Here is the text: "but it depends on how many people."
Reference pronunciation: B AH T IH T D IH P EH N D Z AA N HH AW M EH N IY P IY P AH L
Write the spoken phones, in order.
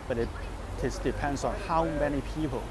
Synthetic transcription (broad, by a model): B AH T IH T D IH P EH N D S AA N HH AW M EH N IY P IY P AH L